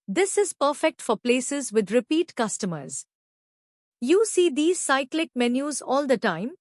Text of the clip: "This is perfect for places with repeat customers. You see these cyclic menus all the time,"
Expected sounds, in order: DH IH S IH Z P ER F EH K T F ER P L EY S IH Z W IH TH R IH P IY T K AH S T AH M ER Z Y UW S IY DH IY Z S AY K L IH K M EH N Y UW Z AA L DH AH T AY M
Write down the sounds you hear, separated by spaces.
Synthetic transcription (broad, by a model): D IH S IH Z P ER F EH K T F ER P L EY S IH Z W IH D R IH P IY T K AH S T AH M ER Z Y UW S IY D IY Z S AY K L IH K M EH N Y UW Z AA L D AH T AY M